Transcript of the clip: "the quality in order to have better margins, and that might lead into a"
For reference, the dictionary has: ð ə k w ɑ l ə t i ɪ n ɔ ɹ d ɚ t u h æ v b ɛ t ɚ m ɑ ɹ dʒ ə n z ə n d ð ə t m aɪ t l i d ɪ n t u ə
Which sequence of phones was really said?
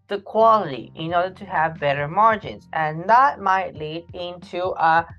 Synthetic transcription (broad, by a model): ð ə k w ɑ l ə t i ɪ n ɔ ɹ d ɚ t u h æ v b ɛ t ɚ m ɑ ɹ dʒ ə n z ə n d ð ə t m aɪ t l i d ɪ n t u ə